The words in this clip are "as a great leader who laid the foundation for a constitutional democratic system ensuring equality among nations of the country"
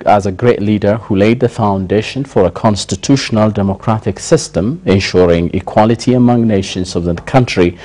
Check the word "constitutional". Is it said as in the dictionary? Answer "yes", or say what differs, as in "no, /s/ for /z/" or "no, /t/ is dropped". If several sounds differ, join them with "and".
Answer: yes